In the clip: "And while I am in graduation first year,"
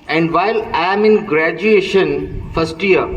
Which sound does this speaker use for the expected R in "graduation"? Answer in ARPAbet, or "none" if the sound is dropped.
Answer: R